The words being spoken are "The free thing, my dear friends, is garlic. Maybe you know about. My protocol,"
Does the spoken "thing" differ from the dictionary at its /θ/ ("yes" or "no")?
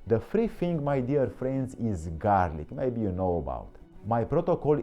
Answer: yes